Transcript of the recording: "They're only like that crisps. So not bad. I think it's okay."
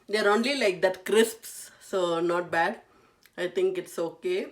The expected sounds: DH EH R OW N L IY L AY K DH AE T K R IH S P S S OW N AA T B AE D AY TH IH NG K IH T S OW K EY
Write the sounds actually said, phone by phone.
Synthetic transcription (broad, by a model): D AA R OW N L IY L AY K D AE T K R IH S P S S OW N AA T B AE D AY T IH NG K IH T S OW K EY